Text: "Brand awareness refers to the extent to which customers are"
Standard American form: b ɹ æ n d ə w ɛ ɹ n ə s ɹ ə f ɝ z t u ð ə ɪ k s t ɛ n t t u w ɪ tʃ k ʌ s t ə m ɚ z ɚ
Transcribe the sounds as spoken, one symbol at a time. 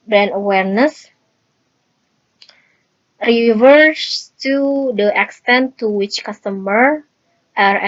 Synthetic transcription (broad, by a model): b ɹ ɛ n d ə w ɛ ɹ n ə s ɹ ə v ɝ s t u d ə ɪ k s t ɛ n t t u w ɪ tʃ k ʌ s t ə m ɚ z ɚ